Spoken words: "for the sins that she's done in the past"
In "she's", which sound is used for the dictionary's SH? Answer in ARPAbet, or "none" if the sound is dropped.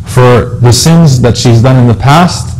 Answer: SH